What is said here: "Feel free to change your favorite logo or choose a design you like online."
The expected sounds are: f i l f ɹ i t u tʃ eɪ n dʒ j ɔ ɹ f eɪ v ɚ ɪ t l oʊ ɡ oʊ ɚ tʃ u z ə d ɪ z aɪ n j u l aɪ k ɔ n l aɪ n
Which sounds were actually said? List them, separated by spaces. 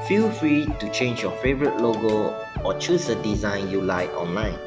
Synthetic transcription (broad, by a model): f i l f ɹ i t u tʃ eɪ n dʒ j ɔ f eɪ v ɚ ɪ t l oʊ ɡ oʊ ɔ tʃ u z ə d ɪ z aɪ n j u l aɪ ɔ n l aɪ n